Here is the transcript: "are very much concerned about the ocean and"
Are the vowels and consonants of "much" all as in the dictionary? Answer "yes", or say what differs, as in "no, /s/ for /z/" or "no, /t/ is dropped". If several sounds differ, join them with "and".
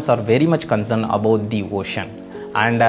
yes